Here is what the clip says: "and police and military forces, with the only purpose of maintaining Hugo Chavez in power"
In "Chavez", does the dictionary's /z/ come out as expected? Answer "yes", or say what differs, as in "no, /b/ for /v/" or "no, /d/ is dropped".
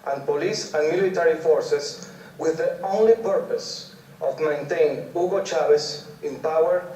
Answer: no, /s/ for /z/